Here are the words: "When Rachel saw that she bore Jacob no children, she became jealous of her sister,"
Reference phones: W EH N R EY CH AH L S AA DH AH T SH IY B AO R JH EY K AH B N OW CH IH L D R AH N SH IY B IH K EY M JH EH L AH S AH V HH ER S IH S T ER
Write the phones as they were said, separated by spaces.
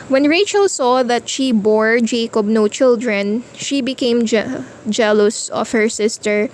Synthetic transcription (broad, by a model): W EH N R EY CH AH L S AA DH AH T SH IY B AO R JH EY K AH B N OW CH IH L D R AH N SH IY B IH K EY M JH EH L AH S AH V HH ER S IH S T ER